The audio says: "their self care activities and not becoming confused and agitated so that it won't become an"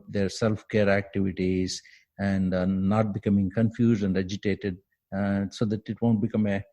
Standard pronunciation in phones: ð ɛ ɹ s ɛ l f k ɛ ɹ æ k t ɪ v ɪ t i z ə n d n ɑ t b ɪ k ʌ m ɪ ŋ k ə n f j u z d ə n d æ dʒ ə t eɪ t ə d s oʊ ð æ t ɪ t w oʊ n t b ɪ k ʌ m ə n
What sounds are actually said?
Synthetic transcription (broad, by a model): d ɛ ɹ s ɛ l f k ɛ ɹ æ k t ɪ v ɪ t i z ə n d n ɑ t b ɪ k ʌ m ɪ ŋ k ə n f j u z d ə n d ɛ dʒ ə t eɪ t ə d s oʊ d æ t ɪ t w oʊ n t b ɪ k ʌ m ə